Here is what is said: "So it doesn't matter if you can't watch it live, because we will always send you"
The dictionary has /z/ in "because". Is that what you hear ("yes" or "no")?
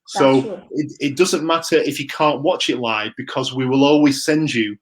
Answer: yes